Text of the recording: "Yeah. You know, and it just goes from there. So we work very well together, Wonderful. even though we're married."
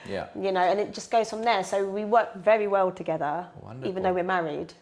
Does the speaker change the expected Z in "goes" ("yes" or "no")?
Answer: no